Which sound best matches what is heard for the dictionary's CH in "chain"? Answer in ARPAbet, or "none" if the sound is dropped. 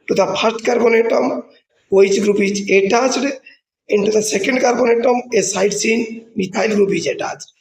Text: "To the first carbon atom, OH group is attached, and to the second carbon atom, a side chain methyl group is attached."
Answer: S